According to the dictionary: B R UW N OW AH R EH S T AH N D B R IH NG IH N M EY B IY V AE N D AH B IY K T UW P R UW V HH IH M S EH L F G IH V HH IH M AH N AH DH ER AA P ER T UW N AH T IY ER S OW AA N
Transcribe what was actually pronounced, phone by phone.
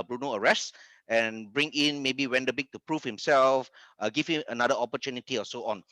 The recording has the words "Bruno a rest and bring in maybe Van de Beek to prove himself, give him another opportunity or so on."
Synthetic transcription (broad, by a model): B R UW N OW AH R EH S T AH N B R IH NG IH N M EY B IY W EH N D AH B IY K T UW P R UW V HH IH M S EH L F G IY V HH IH M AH N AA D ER AA P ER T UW N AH T IY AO S OW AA N